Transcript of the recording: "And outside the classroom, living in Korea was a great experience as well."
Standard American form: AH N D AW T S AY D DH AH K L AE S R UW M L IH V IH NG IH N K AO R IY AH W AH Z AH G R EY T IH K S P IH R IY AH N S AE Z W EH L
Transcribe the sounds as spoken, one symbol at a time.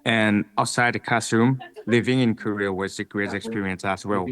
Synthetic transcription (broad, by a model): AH N AW T S AY D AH K AE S UW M L IH V IH NG IH N K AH R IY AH W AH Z AH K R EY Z IH K S P IH R IY AH N S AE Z W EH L